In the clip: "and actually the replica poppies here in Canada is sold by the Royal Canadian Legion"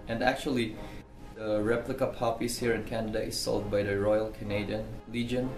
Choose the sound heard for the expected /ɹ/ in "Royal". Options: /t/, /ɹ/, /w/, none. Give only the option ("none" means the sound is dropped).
/ɹ/